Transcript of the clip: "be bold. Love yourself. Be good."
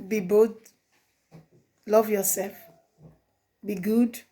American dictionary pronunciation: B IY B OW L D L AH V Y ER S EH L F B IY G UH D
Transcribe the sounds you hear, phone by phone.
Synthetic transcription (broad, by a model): B IY B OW D L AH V Y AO S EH L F B IY G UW D